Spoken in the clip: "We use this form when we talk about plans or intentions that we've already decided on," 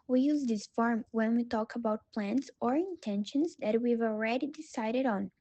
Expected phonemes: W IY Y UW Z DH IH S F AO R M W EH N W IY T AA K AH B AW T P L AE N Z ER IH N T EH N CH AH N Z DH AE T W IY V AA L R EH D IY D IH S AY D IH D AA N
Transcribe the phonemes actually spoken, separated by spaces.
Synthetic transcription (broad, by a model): W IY Y UW Z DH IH S F AO R M W EH N W IY T AA K AH B AW T P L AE N S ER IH N T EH N SH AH N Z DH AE T W IY V AA L R EH D IY D IH S AY D IH D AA N